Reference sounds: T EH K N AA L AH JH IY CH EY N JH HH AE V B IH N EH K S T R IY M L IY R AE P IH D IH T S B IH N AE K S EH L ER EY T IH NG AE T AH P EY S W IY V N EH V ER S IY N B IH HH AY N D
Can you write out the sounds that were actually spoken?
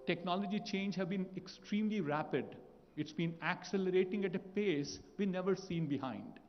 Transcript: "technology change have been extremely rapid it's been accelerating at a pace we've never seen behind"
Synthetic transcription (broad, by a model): T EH K N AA L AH JH IY CH EY N JH HH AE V B IH N EH K S T R IY M L IY R AE P IH D IH T S B IH N AE K S EH L ER EY T IH NG AE T AH P EY S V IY N EH V ER S IY N B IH HH AY N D